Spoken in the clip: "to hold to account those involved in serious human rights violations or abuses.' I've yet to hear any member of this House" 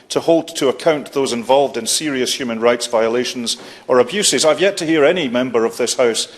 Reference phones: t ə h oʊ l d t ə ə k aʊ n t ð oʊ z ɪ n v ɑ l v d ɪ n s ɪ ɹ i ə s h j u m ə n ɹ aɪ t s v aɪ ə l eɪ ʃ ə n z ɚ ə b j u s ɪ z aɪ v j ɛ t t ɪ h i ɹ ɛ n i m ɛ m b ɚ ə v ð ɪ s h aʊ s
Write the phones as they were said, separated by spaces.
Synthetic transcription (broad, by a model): t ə h oʊ l d t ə ə k aʊ n t ð oʊ z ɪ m v ɑ l v d ɪ n s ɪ ɹ i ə s h j u m ə n ɹ aɪ t s v aɪ ə l eɪ ʃ ə n z ɚ ə b j u s ɪ z aɪ v j ɛ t t ɪ h i ɹ ɛ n i m ɛ m b ɚ ə v ð ɪ s h aʊ s